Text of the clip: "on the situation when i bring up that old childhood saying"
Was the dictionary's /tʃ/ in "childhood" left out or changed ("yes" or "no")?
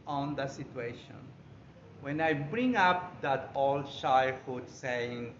yes